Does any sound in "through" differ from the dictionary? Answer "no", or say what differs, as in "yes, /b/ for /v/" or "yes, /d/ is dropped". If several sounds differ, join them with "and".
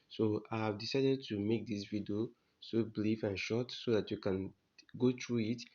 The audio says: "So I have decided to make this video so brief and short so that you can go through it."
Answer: yes, /t/ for /θ/